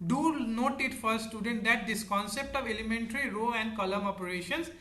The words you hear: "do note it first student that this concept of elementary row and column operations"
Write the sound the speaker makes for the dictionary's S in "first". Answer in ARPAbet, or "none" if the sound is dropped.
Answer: none